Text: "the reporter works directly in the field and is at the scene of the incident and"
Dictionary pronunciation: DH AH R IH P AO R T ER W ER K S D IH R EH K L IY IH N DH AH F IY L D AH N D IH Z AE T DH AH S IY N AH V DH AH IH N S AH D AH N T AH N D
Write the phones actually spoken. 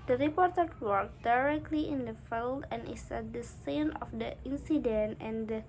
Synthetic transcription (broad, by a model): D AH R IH P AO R T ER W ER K D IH R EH K L IY IH N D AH F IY L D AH N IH S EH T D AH S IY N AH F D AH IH N S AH D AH N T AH N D